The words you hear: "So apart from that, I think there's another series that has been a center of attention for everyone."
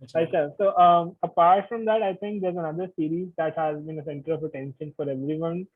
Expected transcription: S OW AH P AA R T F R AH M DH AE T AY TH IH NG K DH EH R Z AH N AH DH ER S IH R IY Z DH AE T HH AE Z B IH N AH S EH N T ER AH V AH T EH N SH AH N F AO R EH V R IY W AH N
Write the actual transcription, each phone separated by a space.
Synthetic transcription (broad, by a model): S OW AH P AA R T F R AH M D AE T AY T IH NG K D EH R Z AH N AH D ER S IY R IY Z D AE T HH AE Z B IH N AH S EH N T ER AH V AH T EH N SH AH N F AO R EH V R IY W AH N